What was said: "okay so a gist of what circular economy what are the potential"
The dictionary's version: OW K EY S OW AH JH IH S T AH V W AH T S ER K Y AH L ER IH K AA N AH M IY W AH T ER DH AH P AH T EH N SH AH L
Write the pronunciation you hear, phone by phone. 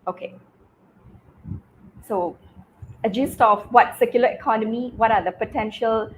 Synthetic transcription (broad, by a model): OW K EY S OW AH JH IH S T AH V W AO T S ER K Y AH L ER IH K AA N AH M IY W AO T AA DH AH P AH T EH N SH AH L